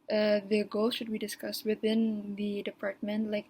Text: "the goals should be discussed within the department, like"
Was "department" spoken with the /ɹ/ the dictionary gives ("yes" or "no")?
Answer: yes